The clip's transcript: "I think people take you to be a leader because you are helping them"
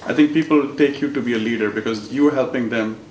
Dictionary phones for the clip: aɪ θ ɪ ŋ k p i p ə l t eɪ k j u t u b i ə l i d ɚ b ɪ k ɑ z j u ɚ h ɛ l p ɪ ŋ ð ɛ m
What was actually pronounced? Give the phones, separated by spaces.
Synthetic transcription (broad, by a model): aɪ t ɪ ŋ k p i p ə l t eɪ k j u t u b i ə l i d ɚ b ɪ k ɑ z j u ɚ h ɛ l p ɪ ŋ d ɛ m